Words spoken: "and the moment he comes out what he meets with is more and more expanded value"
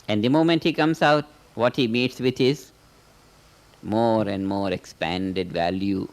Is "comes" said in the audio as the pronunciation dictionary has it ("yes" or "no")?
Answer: no